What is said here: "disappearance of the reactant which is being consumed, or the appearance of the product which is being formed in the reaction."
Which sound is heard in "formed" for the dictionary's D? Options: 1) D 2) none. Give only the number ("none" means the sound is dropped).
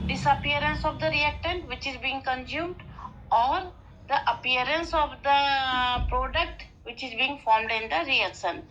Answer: 1